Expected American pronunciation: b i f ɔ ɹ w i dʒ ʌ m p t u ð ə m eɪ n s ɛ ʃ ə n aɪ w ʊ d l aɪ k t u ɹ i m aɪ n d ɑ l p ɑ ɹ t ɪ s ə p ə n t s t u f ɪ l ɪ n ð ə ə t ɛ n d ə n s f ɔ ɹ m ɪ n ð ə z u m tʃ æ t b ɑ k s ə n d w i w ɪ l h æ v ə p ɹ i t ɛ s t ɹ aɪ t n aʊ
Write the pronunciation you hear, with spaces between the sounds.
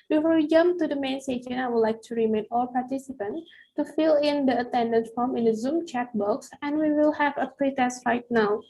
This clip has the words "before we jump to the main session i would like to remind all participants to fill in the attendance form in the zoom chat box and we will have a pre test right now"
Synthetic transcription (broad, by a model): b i f ɔ ɹ w i dʒ ʌ m p t u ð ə m eɪ n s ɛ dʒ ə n aɪ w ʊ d l aɪ k t u ɹ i m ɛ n ɑ l p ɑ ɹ t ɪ s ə p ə n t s t u f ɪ l ɪ n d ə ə t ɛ n d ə n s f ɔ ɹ m ɪ n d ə z u m tʃ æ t b ɑ k s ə n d w i w ɪ l h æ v ə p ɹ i t ɛ s t ɹ aɪ t n aʊ